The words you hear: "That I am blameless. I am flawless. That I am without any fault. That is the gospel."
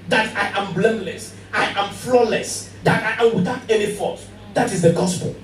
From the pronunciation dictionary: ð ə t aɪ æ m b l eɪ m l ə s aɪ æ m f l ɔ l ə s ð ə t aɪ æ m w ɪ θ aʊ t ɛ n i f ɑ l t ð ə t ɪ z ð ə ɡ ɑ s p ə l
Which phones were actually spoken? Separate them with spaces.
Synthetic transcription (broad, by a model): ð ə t aɪ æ m b l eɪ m l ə s aɪ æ m f l ɔ l ə s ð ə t aɪ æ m w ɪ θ aʊ t ɛ n i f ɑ t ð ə t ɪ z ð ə ɡ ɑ s p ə l